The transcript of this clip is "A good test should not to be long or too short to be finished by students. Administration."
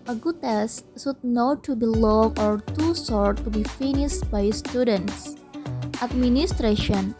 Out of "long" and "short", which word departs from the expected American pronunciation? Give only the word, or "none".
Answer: short